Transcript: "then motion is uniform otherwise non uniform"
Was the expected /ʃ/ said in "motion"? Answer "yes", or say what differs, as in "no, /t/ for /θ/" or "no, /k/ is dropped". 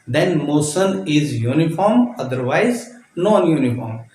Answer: no, /s/ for /ʃ/